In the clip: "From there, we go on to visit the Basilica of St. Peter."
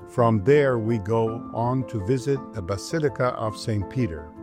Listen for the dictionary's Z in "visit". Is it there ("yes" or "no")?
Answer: yes